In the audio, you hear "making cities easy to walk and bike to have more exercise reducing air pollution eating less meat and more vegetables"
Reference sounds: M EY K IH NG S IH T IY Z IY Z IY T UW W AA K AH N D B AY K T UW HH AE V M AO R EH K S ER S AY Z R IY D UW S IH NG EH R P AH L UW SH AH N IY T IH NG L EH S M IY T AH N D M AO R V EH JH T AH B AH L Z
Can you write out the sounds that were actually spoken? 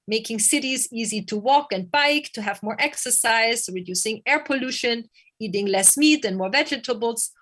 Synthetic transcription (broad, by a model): M EY K IH NG S IH T IY Z IY Z IY T UW W AA K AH N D B AY K T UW HH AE V M AO R EH K S ER S AY Z R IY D UW S IH NG EH R P AH L UW SH AH N IY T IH NG L EH S M IY T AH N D M AO R V EH JH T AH B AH L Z